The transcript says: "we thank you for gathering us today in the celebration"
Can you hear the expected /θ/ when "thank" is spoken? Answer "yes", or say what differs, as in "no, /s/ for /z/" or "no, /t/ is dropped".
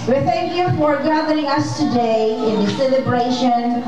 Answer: yes